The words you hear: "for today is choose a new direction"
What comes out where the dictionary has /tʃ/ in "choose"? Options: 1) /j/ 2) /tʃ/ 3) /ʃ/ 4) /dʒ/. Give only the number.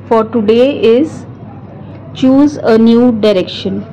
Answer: 2